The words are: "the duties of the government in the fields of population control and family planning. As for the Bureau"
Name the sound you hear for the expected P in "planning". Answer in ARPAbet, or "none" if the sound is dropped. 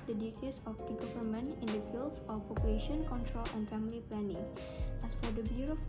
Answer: P